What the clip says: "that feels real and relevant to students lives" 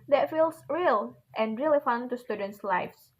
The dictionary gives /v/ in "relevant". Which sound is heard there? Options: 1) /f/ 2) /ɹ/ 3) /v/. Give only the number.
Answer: 1